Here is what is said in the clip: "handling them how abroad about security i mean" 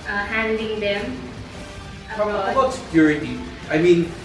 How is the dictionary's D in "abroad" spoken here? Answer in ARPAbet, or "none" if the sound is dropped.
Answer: none